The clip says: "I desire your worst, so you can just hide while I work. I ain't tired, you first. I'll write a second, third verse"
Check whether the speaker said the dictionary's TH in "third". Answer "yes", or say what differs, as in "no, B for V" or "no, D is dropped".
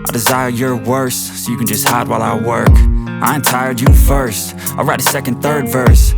yes